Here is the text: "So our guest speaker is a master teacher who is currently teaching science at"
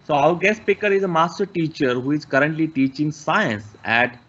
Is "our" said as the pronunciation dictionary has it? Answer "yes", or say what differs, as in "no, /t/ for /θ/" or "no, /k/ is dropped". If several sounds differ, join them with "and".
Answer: no, /w/ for /ɹ/